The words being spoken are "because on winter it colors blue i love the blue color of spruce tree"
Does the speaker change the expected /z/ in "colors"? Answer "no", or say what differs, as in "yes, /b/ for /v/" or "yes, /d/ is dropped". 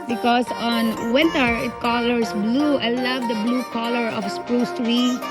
yes, /s/ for /z/